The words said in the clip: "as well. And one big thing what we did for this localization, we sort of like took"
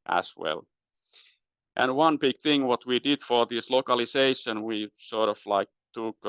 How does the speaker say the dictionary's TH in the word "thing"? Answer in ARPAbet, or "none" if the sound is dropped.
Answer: TH